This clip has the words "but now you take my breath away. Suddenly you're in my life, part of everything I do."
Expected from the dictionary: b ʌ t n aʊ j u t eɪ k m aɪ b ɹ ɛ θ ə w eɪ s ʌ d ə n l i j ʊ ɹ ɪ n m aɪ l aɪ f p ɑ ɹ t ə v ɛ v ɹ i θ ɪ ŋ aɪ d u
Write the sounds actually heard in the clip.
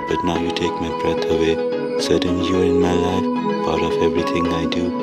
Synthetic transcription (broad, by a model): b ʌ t n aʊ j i t eɪ k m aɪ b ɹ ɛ t ə w eɪ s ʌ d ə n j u ɪ n m aɪ l aɪ f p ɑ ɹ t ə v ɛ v ɹ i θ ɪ ŋ aɪ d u